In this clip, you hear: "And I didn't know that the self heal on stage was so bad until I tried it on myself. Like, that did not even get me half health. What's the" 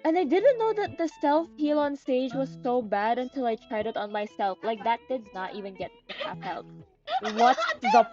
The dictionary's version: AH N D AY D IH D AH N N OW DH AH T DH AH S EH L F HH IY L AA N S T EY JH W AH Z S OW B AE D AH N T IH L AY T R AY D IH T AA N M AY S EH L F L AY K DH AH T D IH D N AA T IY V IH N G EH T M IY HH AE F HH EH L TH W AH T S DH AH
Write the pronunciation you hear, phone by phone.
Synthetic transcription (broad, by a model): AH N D AY D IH D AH N N OW DH AH T DH AH S EH L F HH IY L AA N S T EY JH W AH Z S OW B AE D AH N T IH L AY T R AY D IH T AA N M AY S EH L F L AY K DH AH T D IH D N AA T IY V IH N G EH T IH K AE P HH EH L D W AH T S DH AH